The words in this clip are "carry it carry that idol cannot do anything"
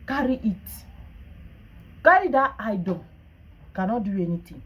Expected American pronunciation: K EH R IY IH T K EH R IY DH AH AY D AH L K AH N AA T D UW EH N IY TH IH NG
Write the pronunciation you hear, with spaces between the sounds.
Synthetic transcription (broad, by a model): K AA R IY IH T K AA IY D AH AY D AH N K AH N AA T D UW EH N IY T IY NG